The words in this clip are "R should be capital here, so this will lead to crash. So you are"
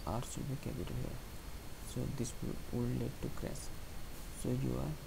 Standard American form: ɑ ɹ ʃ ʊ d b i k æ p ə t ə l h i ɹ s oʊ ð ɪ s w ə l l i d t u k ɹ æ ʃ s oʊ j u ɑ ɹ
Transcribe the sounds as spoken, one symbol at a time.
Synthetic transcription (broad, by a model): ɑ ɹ s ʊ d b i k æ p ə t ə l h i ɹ s oʊ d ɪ s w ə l l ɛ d t u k ɹ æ s s oʊ j u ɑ ɹ